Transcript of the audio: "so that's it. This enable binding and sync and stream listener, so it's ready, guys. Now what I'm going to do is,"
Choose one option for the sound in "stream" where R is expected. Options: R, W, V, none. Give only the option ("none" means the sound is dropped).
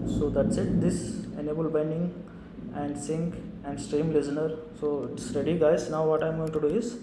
R